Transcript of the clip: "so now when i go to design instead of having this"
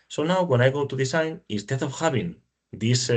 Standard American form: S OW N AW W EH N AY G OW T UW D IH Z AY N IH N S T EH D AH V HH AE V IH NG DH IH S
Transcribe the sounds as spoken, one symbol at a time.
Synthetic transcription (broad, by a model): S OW N AW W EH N AY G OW T UW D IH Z AY N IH S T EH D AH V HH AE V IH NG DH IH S